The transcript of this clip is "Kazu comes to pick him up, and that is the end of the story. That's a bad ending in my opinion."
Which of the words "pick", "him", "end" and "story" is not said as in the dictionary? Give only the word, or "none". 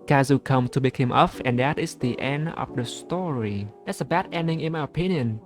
pick